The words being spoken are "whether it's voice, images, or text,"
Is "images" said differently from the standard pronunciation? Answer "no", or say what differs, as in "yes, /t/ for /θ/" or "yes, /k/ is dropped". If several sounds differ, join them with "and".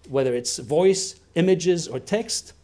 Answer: no